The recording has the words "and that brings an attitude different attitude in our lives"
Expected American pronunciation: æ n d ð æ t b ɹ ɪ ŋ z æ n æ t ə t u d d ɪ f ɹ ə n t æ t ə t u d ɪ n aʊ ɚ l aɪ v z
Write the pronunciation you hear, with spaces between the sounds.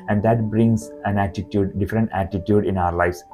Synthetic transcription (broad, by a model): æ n d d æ t b ɹ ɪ ŋ s æ n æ t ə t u d d ɪ f ɹ ə n t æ t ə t u d ɪ n aʊ ɚ l aɪ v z